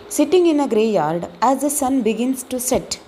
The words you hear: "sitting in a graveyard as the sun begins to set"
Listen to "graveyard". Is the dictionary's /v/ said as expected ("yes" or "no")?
no